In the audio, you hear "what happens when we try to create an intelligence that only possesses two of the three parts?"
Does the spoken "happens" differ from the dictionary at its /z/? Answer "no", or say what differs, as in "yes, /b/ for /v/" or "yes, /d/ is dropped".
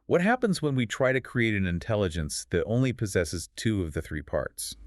no